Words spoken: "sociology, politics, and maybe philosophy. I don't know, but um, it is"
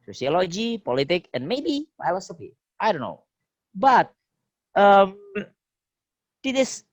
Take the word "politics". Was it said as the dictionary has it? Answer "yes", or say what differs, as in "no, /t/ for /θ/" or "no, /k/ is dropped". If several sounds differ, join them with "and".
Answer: no, /s/ is dropped